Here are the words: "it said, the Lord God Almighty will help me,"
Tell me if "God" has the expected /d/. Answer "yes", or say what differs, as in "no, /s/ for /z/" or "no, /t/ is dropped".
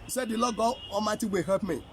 no, /d/ is dropped